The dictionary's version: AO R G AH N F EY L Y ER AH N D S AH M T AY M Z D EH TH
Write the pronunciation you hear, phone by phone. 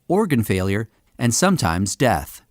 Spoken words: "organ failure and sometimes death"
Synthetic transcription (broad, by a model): AO R G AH N F EY L Y ER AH N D S AH M T AY M Z D EH TH